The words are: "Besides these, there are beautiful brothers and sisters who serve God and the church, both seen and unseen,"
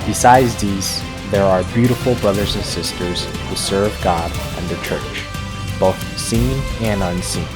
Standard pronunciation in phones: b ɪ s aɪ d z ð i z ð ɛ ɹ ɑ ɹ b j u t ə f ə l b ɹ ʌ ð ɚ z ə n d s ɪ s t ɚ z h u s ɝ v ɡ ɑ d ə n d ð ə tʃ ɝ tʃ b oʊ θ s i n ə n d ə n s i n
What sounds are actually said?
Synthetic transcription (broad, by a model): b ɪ s aɪ d z ð i z ð ɛ ɹ ɑ ɹ b j u t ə f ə l b ɹ ʌ ð ɚ z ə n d s ɪ s t ɚ z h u s ɝ v ɡ ɑ d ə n ð ə tʃ ɝ tʃ b oʊ θ s i n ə n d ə n s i n